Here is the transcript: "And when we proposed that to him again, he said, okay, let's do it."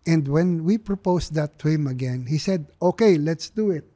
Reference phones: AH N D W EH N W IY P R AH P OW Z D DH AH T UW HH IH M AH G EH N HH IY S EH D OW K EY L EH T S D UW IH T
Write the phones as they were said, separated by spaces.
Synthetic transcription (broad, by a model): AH N D W EH N W IY P R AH P OW S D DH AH T UW HH IH M AH G EH N HH IY S EH D OW K EY L EH T S D UW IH T